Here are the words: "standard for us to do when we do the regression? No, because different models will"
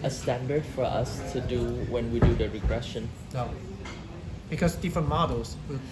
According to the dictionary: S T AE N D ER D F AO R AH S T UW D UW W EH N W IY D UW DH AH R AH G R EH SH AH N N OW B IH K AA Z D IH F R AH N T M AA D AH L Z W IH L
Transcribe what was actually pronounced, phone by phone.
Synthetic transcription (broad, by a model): S T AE N D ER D F AO R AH S T UW D UW W EH N W IY D UW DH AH R AH G R EH SH AH N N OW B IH K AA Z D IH F R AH N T M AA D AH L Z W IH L